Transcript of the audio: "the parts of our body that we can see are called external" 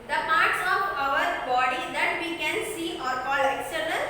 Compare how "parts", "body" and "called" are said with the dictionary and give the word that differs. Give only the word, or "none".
called